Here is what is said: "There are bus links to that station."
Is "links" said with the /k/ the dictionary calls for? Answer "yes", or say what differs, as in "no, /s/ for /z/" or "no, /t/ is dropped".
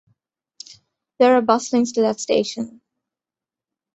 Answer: no, /k/ is dropped